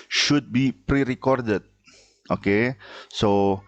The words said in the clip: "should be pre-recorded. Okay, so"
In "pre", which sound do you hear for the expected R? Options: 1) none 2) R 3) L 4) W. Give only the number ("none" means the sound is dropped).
2